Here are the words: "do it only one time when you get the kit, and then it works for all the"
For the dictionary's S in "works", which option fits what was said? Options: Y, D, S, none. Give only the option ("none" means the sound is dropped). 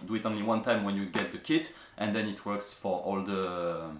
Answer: S